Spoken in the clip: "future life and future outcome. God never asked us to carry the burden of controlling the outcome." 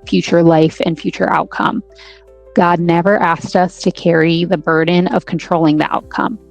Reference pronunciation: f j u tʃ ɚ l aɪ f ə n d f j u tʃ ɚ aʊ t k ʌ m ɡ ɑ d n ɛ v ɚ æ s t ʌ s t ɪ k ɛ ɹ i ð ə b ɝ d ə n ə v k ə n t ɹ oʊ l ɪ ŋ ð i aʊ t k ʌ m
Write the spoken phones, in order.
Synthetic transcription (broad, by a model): f j u tʃ ɚ l aɪ f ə n f j u tʃ ɚ aʊ t k ʌ m ɡ ɑ d n ɛ v ɚ æ s t ʌ s t ɪ k ɛ ɹ i ð ə b ɝ d n ə v k n t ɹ oʊ l ɪ ŋ ð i aʊ t k ʌ m